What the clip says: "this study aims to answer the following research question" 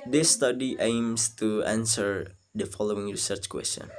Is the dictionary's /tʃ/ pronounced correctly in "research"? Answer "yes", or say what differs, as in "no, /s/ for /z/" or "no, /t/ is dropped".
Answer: yes